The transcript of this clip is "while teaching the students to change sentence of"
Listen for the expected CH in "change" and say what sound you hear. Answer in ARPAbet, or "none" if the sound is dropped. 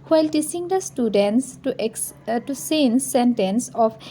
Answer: S